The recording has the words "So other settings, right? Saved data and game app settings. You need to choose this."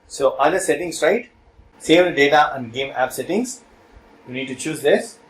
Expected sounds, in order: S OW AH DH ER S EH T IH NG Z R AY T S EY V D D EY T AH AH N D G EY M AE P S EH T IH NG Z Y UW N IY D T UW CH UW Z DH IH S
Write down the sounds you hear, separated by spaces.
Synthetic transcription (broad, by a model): S OW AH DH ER S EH T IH NG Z R AY T S EY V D D EY T AH AH N D G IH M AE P S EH T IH NG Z Y UW N IY D T UW CH UW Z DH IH S